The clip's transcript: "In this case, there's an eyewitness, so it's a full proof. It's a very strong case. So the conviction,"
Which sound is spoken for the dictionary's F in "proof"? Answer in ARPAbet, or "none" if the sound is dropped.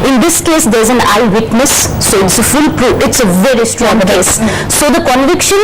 none